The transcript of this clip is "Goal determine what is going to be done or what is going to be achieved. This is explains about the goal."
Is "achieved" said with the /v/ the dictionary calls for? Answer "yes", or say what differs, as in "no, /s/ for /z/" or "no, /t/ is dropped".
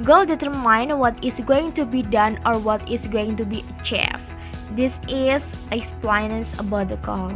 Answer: no, /f/ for /v/